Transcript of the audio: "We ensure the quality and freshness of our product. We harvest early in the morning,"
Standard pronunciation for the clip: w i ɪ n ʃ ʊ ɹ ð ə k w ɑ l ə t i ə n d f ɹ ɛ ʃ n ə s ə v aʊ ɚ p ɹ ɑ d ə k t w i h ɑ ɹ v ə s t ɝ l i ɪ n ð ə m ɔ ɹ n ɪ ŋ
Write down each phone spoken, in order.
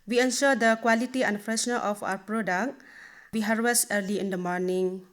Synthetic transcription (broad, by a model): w i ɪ n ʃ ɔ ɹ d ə k w ɑ l ə t i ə n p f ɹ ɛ s n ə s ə p aʊ ɚ p ɹ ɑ d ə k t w i h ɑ ɹ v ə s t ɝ l i ɪ n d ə m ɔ ɹ n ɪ ŋ